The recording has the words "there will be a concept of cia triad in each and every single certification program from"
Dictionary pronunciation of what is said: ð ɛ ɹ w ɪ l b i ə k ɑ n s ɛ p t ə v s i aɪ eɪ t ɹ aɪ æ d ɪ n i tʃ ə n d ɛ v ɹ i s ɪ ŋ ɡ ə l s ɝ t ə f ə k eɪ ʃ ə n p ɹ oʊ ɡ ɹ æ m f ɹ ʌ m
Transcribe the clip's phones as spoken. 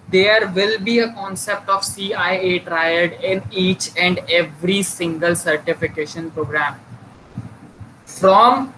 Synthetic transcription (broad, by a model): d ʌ ɹ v ɪ l b i ə k ɑ n s ɛ p t ə v s i aɪ eɪ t ɹ aɪ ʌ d ɪ n i tʃ ə n d ɛ v ɹ i s ɪ ŋ ɡ ə l s ɝ t ə f ə k eɪ ʃ ə n p ɹ oʊ ɡ ɹ æ m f ɹ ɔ m